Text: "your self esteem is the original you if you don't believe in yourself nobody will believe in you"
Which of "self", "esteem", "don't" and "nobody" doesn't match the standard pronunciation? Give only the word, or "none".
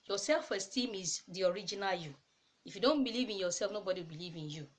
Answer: none